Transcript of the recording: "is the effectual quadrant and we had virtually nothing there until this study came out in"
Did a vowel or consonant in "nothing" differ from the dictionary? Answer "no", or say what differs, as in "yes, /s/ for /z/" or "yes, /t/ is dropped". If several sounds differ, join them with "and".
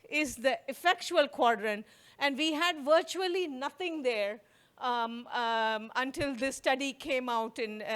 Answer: yes, /t/ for /θ/